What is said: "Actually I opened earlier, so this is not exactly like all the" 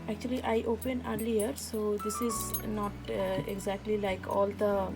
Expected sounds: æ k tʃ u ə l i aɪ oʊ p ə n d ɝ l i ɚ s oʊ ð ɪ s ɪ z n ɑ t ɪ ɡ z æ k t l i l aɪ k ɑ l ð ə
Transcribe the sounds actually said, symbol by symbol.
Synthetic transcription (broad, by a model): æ k tʃ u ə l i aɪ oʊ p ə n ɝ l i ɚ s oʊ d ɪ s ɪ z n ɑ t ɪ ɡ z æ k t l i l aɪ k ɑ l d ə